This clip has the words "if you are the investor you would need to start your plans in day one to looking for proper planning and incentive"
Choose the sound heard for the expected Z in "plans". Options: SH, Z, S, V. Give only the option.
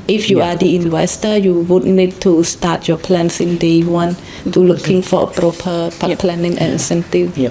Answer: S